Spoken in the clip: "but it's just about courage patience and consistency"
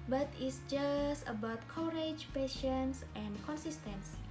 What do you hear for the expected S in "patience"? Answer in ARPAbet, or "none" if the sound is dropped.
S